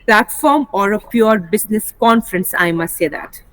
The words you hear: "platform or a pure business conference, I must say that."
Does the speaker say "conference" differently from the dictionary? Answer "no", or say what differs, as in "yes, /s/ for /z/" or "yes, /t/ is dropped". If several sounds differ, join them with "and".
no